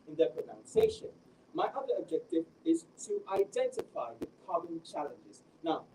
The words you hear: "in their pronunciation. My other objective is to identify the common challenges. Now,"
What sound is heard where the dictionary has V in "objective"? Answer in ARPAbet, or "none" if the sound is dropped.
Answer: V